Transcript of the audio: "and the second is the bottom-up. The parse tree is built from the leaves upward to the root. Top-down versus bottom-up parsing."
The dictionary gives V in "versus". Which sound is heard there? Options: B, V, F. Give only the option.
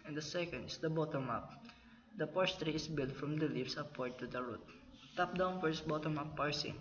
F